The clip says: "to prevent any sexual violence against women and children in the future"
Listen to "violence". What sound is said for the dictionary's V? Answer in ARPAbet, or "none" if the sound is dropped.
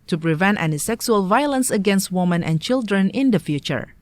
V